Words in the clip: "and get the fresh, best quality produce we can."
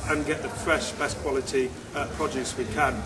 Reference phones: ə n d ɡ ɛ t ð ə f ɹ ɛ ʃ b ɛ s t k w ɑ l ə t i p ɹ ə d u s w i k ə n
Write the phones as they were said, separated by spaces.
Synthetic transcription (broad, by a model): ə n ɡ ɛ t ð ə f ɹ ɛ ʃ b ɛ s k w ɑ l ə t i p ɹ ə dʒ u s w i k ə n